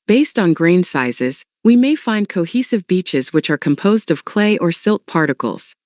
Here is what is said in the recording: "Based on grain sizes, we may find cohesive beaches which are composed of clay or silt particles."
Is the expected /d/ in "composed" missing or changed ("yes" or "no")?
no